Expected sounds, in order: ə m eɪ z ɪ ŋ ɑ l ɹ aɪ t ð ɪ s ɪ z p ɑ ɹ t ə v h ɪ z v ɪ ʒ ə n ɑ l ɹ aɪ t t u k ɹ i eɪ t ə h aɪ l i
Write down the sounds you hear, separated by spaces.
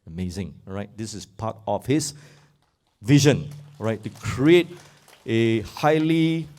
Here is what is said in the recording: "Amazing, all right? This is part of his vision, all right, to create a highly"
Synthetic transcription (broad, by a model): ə m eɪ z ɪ ŋ ɹ aɪ t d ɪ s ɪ s p ɑ t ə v h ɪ s v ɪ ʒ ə n ɹ aɪ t t u k ɹ i eɪ t ə h aɪ l i